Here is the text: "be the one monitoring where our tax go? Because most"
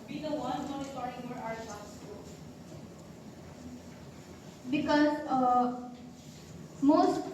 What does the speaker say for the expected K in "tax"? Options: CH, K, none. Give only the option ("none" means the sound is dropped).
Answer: none